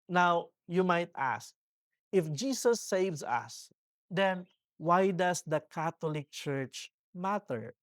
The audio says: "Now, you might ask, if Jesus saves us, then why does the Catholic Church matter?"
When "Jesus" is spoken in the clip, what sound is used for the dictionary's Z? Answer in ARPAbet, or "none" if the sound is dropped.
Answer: S